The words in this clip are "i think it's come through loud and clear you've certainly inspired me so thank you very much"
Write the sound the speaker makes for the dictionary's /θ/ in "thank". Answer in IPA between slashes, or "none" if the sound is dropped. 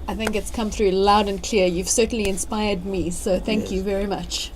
/θ/